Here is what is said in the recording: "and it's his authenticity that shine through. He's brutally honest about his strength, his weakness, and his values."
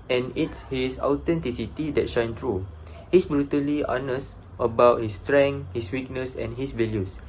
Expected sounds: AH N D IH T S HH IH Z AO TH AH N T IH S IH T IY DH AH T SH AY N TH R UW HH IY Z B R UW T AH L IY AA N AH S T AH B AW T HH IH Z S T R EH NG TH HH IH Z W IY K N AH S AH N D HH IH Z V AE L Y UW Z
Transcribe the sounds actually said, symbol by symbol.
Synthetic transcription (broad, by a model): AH N IH T S HH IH S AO T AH N T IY S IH T IY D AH T SH AY N T R UW HH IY S B R UW T AH L IY AA N AH S T AH B AW T HH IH S T R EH NG HH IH S W IY K N AH S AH N HH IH S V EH L Y UW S